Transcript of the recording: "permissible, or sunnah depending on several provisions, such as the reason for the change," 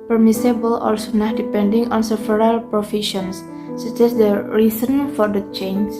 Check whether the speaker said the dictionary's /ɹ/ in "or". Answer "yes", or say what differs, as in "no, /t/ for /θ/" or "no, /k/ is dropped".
no, /l/ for /ɹ/